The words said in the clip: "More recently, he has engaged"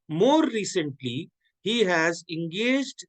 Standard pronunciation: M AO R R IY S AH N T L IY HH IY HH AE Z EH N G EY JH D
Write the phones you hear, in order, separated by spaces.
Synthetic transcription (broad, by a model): M AO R R IY S AH N T L IY HH IY HH AE Z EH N G EY JH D